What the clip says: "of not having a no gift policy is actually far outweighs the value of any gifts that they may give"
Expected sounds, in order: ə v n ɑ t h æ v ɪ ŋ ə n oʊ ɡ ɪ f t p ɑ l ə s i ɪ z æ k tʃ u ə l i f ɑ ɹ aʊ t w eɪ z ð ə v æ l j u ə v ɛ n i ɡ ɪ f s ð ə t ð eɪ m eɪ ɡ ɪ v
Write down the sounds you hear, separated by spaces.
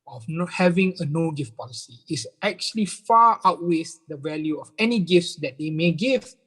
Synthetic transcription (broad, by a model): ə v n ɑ h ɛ v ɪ ŋ ə n oʊ ɡ ɪ f t p ɑ l ə s i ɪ s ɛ k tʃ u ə l i f ɑ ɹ aʊ t w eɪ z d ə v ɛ l j u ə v ɛ n i ɡ ɪ f s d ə t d eɪ m eɪ ɡ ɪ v